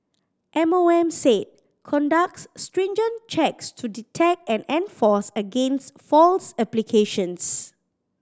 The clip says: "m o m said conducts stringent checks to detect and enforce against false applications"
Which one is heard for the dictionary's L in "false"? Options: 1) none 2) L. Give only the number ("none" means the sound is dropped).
2